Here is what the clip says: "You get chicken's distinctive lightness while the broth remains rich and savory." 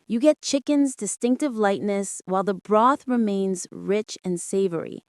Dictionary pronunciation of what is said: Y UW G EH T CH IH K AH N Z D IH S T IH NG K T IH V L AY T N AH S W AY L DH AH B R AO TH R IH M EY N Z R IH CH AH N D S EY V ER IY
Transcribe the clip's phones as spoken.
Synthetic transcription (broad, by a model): Y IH G EH T CH IH K AH N Z D IH S T IH NG K T IH V L AY T N AH S W AY L DH AH B R AO TH R IH M EY N Z R IH CH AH N S EY V ER IY